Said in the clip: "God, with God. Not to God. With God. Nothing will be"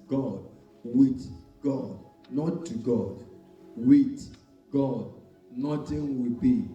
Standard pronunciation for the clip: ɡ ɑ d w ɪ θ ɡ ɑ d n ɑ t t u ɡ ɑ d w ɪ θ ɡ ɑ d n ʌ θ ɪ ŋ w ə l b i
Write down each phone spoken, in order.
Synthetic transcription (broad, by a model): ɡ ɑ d w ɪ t ɡ ɑ d n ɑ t t u ɡ ɑ d w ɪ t ɡ ɑ d n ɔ t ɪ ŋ w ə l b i